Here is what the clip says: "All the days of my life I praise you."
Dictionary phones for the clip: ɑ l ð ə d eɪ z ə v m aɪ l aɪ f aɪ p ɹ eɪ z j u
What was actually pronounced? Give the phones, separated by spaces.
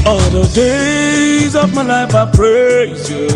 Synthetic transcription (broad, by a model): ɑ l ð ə d eɪ z ə v m aɪ l aɪ f aɪ p ɹ eɪ z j